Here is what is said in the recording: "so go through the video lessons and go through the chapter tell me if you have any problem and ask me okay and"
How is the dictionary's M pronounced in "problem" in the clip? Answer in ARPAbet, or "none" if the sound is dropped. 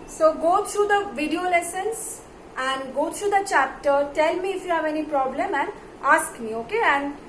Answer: M